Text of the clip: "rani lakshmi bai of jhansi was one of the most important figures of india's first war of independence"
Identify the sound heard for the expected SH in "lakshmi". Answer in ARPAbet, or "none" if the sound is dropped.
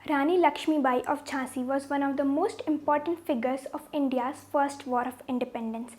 SH